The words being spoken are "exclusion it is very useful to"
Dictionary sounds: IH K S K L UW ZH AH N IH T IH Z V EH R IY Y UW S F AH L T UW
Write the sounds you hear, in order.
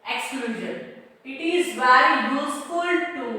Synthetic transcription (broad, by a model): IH K S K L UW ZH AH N IH T IH Z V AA IY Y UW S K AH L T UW